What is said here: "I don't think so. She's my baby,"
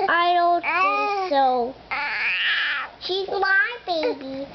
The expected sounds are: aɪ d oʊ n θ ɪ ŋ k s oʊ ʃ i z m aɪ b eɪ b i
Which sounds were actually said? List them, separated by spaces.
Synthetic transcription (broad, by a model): aɪ d oʊ n t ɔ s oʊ ʃ i z m aɪ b eɪ b i